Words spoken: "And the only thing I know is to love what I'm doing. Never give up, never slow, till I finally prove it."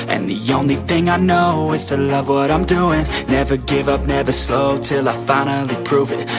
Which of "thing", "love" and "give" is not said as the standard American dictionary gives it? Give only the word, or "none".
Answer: none